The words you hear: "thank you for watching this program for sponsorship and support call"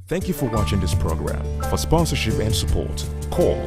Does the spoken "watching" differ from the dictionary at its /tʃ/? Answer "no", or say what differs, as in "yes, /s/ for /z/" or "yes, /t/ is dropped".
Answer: no